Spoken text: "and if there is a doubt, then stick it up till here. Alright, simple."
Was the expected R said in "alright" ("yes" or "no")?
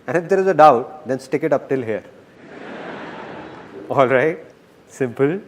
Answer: yes